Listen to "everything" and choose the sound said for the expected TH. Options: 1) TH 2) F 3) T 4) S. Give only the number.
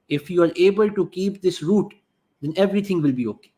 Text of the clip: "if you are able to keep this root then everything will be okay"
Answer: 3